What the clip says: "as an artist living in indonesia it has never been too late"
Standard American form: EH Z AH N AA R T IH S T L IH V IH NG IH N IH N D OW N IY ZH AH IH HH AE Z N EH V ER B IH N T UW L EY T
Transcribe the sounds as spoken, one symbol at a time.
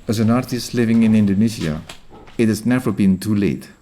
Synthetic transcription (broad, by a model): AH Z AH N AA R T IH S T L IH V IH NG IH N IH N D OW N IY Z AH IH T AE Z N EH V ER B IH N T UW L EY T